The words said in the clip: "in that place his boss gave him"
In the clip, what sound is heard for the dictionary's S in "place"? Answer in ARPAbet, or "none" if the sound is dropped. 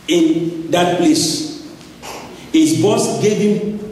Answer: S